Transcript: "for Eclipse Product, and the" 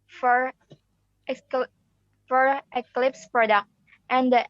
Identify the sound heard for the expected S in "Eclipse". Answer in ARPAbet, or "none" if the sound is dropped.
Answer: S